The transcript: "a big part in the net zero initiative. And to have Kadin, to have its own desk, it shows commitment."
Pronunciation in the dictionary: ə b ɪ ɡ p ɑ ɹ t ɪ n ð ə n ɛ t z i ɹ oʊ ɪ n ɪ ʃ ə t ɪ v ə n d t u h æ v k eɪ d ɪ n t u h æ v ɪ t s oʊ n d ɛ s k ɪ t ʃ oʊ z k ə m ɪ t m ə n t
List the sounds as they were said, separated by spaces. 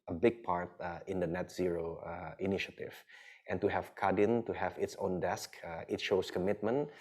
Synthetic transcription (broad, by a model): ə b ɪ ɡ p ɑ ɹ t ɪ n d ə n ɛ t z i ɹ oʊ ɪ n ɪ ʃ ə t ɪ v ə n t u h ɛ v k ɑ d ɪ n t u h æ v ɪ t s oʊ n d ɛ s k ɪ t ʃ oʊ s k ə m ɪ t m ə n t